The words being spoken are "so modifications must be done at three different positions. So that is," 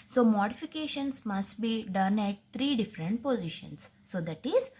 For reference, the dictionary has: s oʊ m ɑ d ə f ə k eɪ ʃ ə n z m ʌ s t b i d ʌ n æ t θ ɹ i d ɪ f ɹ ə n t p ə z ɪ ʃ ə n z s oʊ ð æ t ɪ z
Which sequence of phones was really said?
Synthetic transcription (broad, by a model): s oʊ m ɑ d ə f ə k eɪ ʃ ə n s m ʌ s t b i d ʌ n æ t t ɹ i d ɪ f ɹ ə n t p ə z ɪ ʃ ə n s oʊ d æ t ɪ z